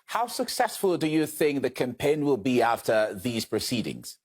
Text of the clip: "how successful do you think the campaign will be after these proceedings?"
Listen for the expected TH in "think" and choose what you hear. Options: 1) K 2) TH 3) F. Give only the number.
2